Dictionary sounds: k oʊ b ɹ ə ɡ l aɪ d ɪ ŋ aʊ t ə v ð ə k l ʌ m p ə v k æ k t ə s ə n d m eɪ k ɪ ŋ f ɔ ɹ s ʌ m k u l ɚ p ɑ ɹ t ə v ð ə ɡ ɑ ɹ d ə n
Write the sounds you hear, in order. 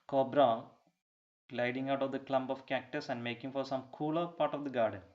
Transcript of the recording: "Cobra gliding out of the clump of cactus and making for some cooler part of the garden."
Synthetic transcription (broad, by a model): k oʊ b ɹ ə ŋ l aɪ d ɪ ŋ aʊ t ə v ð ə k l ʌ m b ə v k æ k t ə s ə n d m eɪ k ɪ ŋ f ɔ ɹ s ʌ m k u l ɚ p ɑ ɹ t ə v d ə ɡ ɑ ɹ d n